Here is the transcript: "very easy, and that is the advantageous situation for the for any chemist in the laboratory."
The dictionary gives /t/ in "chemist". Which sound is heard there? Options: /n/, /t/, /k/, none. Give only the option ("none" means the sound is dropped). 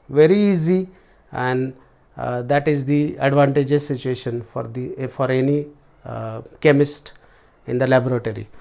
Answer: /t/